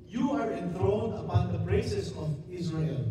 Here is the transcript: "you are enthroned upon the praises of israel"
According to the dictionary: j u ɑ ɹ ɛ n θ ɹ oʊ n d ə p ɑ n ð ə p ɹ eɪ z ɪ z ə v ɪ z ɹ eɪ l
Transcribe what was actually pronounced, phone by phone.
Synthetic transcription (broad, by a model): j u ɑ ɹ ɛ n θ ɹ oʊ n ə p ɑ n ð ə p ɹ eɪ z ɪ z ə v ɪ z ɹ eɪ l